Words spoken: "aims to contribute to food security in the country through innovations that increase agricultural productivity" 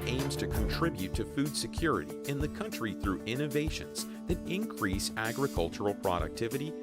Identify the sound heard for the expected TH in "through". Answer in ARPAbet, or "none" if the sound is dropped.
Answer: TH